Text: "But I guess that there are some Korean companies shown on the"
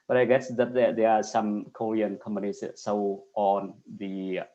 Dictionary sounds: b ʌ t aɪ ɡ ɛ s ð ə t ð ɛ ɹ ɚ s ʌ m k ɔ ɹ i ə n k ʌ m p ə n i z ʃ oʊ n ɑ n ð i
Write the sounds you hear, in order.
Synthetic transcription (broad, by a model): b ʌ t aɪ ɡ ɛ s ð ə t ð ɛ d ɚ s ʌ m k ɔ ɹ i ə n k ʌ m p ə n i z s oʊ ɑ n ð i